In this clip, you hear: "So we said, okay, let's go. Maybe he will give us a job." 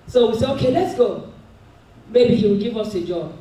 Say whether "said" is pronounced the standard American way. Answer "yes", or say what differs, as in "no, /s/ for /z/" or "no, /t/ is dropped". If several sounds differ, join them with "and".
no, /d/ is dropped